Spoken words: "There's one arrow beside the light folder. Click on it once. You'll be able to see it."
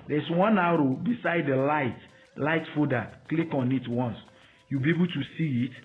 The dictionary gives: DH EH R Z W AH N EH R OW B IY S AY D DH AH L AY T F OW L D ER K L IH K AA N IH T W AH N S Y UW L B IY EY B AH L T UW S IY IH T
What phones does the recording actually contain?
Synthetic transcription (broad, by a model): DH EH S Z W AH N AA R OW B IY S AY D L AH L AY T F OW D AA K L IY K AA N IH T W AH N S Y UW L B IY EY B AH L T UW S IY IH T